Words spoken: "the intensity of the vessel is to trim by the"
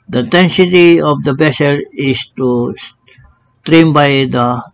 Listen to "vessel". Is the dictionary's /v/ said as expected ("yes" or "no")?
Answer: no